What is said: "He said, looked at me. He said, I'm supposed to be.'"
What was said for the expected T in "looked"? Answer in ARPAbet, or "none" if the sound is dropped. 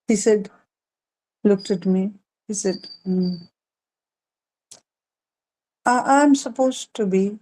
T